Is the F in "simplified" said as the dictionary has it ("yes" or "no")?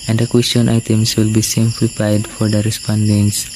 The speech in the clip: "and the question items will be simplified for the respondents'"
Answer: no